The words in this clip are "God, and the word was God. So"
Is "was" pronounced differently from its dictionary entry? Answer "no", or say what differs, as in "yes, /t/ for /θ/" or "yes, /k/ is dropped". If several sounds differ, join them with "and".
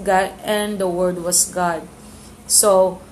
yes, /s/ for /z/